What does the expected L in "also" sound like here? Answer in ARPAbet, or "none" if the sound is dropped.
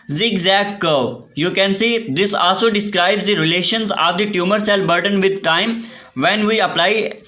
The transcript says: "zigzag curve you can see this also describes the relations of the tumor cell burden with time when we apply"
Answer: L